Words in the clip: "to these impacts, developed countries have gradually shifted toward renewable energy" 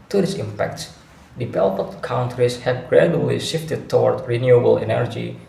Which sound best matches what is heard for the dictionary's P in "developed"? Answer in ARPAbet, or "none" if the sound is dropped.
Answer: none